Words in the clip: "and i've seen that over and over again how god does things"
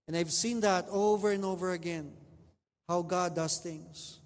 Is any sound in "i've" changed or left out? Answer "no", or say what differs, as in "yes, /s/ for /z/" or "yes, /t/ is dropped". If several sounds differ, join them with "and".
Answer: no